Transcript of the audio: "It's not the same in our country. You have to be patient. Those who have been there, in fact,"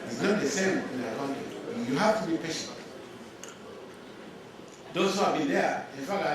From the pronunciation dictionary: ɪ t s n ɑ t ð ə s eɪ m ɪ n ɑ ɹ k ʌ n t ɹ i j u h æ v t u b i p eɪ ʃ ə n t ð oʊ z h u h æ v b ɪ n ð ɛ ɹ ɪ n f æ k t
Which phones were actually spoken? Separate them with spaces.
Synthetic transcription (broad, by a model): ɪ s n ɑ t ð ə s eɪ m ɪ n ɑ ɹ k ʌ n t i j u h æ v t u b i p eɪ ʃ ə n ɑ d oʊ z h u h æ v b ɪ n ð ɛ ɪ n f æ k